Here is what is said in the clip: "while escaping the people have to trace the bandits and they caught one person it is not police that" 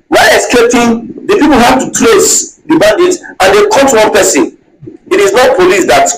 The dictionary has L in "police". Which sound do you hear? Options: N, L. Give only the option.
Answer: L